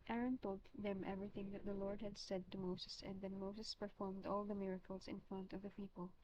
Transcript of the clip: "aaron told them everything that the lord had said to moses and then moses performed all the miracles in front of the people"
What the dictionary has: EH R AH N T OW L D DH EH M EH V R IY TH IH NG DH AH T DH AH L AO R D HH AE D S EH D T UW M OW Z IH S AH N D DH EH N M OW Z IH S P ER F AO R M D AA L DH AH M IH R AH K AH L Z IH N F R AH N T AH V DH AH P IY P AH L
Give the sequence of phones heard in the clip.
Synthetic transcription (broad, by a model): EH R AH N T OW L D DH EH M EH V R IY TH IH NG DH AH T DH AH L AO R D HH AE D S EH D T UW M OW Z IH S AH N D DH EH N M OW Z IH S P ER F AO R M D AA L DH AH M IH R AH K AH L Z IH N F R AH N T AH V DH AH P IY P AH L